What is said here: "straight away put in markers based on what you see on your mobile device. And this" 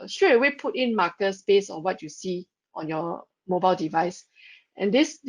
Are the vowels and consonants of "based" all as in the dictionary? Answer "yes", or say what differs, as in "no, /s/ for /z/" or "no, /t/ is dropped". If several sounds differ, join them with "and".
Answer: no, /t/ is dropped